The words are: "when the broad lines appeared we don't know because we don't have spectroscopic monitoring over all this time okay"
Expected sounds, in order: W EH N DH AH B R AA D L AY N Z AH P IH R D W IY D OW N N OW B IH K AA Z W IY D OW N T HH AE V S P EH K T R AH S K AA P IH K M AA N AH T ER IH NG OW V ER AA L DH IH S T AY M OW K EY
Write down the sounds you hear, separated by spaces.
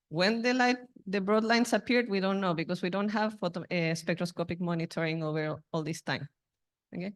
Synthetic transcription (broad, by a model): W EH N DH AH B R AA D L AY N S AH P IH R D W IY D OW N N OW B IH K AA S W IY D OW N T HH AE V S P EH K T R AH S K AA P IH K M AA N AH T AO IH NG OW V ER AA L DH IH S T AY M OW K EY